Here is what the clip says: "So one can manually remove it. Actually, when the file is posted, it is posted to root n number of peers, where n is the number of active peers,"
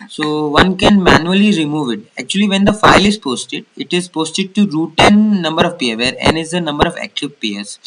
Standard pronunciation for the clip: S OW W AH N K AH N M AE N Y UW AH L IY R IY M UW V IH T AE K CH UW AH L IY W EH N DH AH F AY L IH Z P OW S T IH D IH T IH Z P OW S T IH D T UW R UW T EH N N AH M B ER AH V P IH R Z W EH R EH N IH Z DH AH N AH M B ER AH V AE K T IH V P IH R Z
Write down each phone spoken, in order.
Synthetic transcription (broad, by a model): S OW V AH N K AH N M AE N Y UW AH L IY R IY M UW V IH T AE K CH UW AH L IY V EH N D AH F AY L IH Z P OW S T IH D IH T IH Z P OW S T IH D T UW R UW T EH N N AH M B ER AH V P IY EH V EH R EH N IH Z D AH N AH M B ER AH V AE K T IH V P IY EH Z